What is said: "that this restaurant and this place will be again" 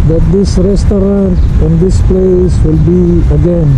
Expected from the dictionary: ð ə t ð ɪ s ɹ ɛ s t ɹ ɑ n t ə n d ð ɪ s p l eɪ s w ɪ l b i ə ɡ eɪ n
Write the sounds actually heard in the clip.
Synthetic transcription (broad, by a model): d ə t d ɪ s ɹ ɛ s t ɑ t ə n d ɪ s p l eɪ s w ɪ l b i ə ɡ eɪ n